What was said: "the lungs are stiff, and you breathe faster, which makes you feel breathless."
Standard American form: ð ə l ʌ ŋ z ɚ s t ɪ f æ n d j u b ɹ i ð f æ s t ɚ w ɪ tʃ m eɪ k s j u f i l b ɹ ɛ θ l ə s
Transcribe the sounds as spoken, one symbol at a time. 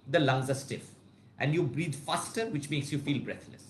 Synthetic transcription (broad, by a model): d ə l ʌ ŋ z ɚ s t ɪ f æ n d j u b ɹ i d f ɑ s t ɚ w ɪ tʃ m eɪ k s j u f i l b ɹ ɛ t l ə s